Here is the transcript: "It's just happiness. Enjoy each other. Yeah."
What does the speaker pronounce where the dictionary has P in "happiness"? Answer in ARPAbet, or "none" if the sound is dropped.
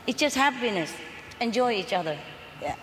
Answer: B